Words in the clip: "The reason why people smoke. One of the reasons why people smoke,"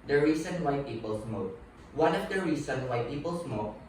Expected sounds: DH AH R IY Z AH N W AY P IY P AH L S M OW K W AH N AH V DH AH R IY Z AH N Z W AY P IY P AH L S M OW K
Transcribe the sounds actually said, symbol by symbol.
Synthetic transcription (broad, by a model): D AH R IY S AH N W AY P IY P AH L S M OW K W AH N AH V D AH R IY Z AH N W AY P IY P AH L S M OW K